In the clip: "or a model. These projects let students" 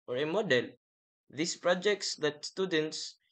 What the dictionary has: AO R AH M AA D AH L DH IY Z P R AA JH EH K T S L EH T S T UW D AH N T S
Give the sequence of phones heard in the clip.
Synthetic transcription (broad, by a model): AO R AH M AA D AH L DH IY S P R AA JH EH K T S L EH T S T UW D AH N T S